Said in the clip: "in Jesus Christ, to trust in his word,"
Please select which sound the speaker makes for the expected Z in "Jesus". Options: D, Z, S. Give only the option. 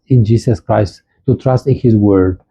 S